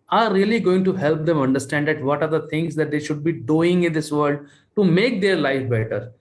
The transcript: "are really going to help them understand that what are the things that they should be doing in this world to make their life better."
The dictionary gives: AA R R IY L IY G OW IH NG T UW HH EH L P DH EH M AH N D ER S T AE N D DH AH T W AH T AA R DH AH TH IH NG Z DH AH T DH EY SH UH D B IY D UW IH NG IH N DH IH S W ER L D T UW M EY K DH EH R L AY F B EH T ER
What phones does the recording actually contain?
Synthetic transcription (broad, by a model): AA R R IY L IY G OW IH NG T UW HH EH L P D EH M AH N D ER S T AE N D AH T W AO T AA R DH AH T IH NG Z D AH T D EY SH UH D B IY D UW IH NG IH N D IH S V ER L D T UW M EY K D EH R L AY F B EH T ER